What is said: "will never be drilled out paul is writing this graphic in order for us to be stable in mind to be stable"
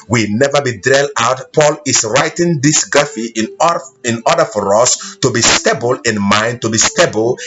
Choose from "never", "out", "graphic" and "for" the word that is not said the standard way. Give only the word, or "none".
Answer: graphic